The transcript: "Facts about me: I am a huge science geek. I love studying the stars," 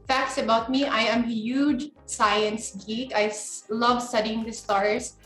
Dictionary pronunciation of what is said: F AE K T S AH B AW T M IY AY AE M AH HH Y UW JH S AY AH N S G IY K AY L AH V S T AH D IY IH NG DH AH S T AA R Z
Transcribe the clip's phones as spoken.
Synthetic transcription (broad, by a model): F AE K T S AH B AW T M IY AY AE M HH Y UW JH S AY AH N S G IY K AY L AH V S T AH D IY IH NG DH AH S T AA R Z